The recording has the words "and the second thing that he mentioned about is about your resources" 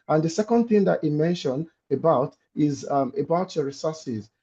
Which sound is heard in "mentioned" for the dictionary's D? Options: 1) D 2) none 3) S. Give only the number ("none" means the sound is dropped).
2